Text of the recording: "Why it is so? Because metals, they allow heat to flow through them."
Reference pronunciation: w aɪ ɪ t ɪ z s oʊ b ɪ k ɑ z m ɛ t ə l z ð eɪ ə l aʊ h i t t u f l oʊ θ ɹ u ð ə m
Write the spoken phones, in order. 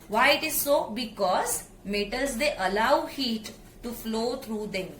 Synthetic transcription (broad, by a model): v aɪ ɪ t ɪ z s oʊ b ɪ k ɑ z m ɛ t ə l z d eɪ ə l aʊ h i t t u f l oʊ t ɹ u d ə m